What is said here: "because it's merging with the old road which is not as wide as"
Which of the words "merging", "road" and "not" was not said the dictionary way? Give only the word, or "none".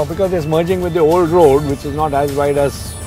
none